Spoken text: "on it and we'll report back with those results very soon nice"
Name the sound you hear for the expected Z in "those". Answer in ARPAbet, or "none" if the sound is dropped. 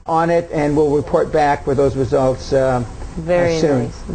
Z